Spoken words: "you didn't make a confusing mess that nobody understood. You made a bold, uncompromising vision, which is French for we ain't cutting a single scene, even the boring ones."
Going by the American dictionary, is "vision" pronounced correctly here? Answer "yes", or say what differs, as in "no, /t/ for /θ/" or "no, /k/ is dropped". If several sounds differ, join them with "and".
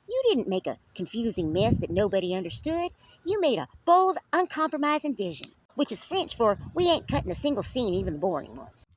yes